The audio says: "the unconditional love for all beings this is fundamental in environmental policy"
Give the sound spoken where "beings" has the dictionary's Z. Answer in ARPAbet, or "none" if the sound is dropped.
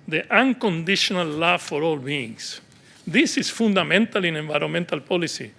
S